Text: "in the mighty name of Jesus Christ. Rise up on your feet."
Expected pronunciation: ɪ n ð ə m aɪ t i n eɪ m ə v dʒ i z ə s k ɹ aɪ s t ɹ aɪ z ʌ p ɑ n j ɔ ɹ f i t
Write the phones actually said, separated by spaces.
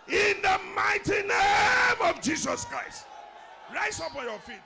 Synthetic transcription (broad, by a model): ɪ n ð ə m aɪ t i n eɪ m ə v dʒ i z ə s k ɹ aɪ s t ɹ aɪ s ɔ p ɑ n j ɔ f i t